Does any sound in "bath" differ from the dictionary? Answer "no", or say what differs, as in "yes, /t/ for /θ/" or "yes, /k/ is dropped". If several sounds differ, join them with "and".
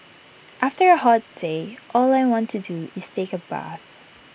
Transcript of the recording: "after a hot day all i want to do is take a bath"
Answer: no